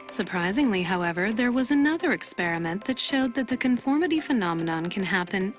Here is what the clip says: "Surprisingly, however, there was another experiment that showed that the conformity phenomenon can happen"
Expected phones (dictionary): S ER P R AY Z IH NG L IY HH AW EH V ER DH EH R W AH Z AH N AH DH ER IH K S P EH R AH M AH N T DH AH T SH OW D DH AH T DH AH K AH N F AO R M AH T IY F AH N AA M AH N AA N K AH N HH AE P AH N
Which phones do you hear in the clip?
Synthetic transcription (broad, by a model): S ER P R AY Z IH NG L IY HH AW EH V ER DH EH R W AH Z AH N AH DH ER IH K S P EH R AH M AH N DH AH T SH OW D DH AH T DH AH K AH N F AO R M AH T IY F AH N AA M AH N AA N K AH N HH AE P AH N